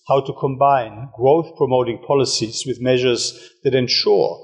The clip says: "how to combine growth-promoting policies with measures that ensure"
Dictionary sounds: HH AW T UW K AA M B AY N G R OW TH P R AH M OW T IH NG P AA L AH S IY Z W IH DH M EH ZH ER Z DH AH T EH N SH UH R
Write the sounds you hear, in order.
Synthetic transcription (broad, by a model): HH AW T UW K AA M B AY N G R OW TH P R AH M OW T IH NG P AA L AH S IY Z W IH DH M EH ZH ER Z DH AH T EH N SH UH R